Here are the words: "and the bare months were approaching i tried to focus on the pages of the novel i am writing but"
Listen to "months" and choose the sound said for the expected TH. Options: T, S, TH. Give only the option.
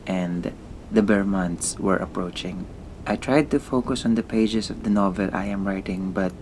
T